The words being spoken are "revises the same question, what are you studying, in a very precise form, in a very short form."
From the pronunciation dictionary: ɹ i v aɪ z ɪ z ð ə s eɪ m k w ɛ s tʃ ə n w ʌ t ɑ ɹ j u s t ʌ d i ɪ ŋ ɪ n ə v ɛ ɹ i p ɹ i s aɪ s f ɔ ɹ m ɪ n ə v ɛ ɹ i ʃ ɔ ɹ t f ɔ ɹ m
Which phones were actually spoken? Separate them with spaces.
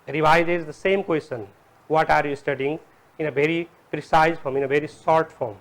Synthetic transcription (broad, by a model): ɹ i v aɪ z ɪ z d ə s eɪ m k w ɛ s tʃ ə n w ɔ t ɑ ɹ j u s t ʌ d i ɪ ŋ ɪ n ə v ɛ ɹ i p ɹ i s aɪ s f ɔ ɹ m ɪ n ə v ɛ ɹ i s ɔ ɹ t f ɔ ɹ m